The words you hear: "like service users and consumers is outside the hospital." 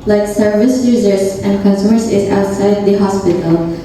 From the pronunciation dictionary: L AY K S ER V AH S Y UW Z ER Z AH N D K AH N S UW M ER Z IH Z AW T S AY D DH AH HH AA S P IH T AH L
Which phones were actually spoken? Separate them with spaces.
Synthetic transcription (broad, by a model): L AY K S ER V AH S Y UW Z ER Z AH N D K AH N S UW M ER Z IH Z AW T S AY D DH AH HH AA S P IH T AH L